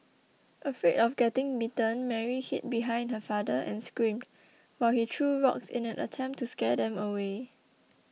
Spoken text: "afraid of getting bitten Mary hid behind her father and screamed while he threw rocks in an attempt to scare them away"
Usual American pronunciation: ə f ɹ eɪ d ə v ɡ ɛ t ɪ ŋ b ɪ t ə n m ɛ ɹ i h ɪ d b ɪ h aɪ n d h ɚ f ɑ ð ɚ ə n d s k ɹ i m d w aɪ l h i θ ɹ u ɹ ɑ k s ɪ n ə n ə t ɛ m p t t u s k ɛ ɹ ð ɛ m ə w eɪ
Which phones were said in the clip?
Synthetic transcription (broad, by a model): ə f ɹ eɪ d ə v ɡ ɛ t ɪ ŋ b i t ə n m ɛ ɹ i h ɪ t b ɪ h aɪ n d h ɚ f ɑ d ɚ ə n s k ɹ i m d w aɪ l h i t ɹ u ɹ ɑ k s ɪ n ə n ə t ɛ m p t t u s k ɛ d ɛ m ə w eɪ